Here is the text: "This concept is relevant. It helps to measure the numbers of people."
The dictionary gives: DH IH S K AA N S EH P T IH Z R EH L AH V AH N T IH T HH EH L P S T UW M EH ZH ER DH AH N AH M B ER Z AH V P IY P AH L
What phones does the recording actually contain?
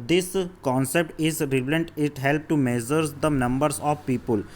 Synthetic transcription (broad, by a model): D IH S K AA N S EH P T IH Z R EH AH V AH N T IH T HH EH L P T UW M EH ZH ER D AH N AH M B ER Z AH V P IY P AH L